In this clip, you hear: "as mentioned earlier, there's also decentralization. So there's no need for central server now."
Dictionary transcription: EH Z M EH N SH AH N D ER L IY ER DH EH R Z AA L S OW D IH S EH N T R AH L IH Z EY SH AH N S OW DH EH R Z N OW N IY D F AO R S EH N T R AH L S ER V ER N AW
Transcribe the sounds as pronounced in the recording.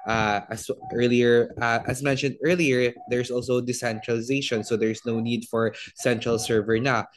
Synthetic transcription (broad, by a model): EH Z M EH N SH AH N D ER L IY ER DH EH R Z AA L S OW D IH S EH N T R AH L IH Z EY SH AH N S OW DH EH R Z N OW N IY D F AO R S EH N T R AH L S ER V ER N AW